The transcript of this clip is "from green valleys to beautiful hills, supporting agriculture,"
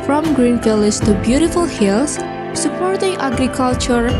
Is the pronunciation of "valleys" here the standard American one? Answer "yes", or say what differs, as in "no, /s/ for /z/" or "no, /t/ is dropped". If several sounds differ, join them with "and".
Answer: no, /f/ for /v/